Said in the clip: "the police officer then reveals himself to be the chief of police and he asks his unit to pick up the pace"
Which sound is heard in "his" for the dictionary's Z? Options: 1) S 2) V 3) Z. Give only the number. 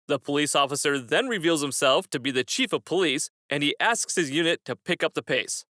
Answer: 3